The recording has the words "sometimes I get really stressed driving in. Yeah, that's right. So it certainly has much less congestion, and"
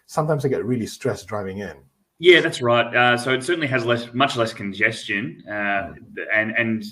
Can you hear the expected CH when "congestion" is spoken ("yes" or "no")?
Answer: yes